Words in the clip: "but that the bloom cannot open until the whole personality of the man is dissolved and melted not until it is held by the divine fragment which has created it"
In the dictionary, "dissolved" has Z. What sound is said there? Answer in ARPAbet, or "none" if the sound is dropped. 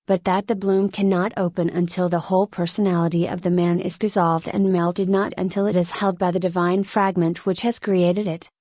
Z